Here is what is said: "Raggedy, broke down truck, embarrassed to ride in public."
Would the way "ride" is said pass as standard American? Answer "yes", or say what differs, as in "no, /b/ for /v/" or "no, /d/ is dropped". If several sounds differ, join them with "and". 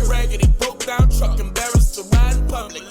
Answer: no, /d/ is dropped